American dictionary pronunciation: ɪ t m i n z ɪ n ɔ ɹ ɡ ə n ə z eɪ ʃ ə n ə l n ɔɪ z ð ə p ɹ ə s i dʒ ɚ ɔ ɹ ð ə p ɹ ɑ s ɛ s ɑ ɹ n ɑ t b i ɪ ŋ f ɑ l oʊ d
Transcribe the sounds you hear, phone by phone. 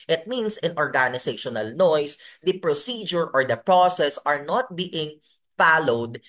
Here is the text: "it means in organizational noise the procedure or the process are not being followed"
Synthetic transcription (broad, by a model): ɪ t m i n s ɪ n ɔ ɹ ɡ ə n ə s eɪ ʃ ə n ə l n ɔɪ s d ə p ɹ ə s i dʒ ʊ ɔ ɹ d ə p ɹ ɑ s ɛ s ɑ ɹ n ɑ t b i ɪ ŋ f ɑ l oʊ d